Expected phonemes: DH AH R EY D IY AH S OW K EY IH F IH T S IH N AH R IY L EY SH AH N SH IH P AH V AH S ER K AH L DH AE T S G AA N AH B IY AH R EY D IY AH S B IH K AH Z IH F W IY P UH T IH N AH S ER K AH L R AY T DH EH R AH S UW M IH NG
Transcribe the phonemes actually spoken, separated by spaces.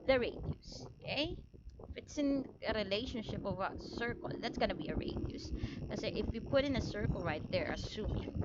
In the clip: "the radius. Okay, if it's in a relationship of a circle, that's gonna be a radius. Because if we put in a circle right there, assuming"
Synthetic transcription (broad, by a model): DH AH R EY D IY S OW K EY IH F IH T S IH N AH R IY L EY SH AH N SH IH P AH V AH S ER K AH L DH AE T S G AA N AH B IY AH R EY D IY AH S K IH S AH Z IH F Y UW P UH T IH N AH S ER K AH L R AY T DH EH R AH S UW M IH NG